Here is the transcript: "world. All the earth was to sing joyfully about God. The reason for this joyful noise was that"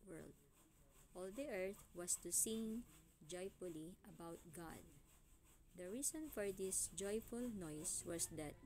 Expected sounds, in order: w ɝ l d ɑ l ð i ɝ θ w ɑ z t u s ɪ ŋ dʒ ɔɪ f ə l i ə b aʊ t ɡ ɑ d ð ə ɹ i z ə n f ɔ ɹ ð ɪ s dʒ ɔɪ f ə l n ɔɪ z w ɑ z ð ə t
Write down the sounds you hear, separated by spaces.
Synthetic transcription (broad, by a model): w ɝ l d ɑ l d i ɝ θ w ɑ s t u s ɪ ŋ dʒ ɔɪ f ə l i ə b aʊ t ɡ ɑ d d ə ɹ i s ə n f ɔ ɹ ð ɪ s dʒ ɔɪ f ə l n ɔɪ s w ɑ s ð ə t